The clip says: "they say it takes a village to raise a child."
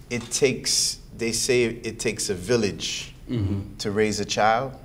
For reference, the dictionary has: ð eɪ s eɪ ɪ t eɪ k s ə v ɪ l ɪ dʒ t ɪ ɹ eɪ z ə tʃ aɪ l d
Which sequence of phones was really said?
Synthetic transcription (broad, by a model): ð eɪ s eɪ ɪ t eɪ k s ə v ɪ l ɪ dʒ t ɪ ɹ eɪ z ə tʃ aɪ l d